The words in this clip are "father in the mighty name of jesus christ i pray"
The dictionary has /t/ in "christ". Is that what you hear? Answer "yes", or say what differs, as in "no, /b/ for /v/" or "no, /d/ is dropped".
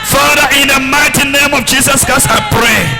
no, /t/ is dropped